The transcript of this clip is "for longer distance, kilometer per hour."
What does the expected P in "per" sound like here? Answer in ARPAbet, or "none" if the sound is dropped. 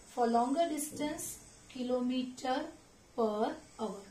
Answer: P